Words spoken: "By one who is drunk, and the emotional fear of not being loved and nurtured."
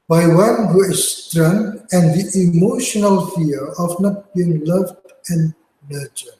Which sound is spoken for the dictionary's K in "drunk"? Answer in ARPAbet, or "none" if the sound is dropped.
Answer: none